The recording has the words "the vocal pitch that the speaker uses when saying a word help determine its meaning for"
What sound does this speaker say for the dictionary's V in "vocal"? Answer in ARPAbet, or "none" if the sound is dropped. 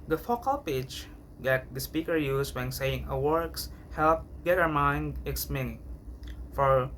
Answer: F